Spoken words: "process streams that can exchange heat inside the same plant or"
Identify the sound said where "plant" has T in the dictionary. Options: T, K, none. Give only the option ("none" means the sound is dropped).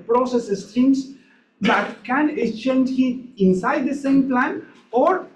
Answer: none